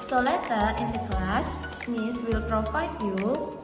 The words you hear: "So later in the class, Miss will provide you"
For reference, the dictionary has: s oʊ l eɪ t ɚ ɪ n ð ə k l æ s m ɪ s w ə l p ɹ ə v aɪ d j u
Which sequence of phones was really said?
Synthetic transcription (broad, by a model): s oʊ l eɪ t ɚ ɪ n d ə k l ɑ s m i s w ə l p ɹ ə f aɪ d j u